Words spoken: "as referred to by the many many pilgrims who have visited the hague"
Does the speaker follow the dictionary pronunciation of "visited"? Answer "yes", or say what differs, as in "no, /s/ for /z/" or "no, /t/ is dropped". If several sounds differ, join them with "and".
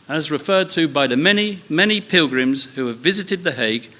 yes